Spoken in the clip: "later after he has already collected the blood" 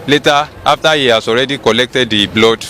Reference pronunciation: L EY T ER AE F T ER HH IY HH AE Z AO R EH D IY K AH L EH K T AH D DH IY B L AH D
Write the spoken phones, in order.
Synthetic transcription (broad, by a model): L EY T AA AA F T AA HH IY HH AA S AO R EH D IY K AH L EH K T AH D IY B L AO D